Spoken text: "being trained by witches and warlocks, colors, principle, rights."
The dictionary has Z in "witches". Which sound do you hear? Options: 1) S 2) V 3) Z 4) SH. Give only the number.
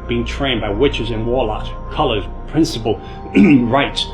3